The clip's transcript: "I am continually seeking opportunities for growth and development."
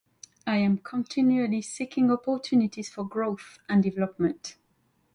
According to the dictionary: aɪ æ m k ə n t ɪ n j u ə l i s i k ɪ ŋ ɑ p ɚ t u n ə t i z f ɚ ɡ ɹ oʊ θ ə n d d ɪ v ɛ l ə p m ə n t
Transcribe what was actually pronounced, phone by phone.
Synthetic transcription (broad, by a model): aɪ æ m k ə n t ɪ n j u ə l i s i k ɪ ŋ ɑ p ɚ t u n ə t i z f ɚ ɡ ɹ oʊ θ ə n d d ɪ v ɛ l ə p m ə n t